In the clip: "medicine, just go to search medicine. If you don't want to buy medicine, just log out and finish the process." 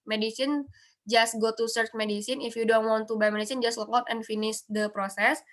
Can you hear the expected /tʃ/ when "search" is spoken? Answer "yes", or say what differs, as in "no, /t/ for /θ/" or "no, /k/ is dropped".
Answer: yes